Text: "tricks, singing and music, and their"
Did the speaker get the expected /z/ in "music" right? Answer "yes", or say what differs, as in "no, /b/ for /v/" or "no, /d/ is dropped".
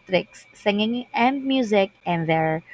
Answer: yes